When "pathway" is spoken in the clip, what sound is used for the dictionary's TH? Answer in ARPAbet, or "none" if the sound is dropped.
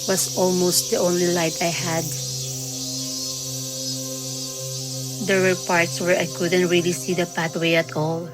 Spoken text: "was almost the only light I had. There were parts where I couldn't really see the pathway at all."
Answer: T